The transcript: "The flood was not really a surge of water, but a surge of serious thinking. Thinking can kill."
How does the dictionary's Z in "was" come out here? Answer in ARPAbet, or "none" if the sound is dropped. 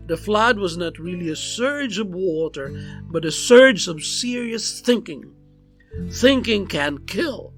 Z